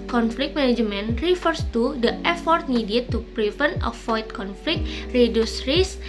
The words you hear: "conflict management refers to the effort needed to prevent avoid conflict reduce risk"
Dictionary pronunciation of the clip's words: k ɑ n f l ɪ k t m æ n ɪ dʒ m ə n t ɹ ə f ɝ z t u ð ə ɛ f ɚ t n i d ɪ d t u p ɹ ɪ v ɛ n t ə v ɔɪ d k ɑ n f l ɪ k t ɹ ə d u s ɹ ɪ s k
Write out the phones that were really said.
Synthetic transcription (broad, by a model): k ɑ n f l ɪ k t m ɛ n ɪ dʒ m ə n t ɹ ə f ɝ s t u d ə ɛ f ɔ t n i d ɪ t u p ɹ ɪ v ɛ n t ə f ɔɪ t k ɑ n f l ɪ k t ɹ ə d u s ɹ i s